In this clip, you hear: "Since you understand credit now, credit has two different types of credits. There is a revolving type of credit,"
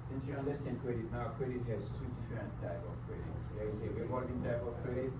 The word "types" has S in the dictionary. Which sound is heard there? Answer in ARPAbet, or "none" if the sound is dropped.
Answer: none